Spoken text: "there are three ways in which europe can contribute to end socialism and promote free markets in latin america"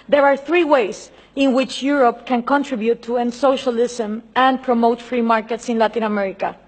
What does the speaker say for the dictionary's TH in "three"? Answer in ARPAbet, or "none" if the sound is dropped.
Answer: TH